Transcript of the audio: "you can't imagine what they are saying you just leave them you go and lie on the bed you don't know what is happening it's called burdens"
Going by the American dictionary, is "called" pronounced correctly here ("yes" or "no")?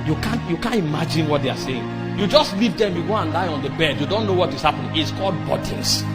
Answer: yes